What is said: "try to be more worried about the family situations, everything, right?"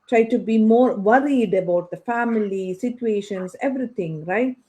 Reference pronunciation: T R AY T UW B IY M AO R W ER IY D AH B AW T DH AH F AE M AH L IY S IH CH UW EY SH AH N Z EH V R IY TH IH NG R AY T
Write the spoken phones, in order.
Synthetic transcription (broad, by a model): T R AY T UW B IY M AO R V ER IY D AH B AW T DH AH F AE M AH L IY S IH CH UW EY SH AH N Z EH V R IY T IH NG R AY T